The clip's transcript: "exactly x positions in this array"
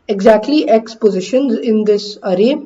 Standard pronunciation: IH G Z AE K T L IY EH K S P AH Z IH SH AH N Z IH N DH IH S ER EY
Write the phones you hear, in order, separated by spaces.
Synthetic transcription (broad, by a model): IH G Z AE K T L IY EH K S P AH Z IH SH AH N Z IH N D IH S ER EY